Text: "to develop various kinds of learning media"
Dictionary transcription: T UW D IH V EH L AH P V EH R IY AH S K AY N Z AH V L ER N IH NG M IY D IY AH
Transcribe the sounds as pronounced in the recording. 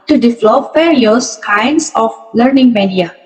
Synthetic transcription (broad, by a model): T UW D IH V L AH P F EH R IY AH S K AY N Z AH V L ER N IH NG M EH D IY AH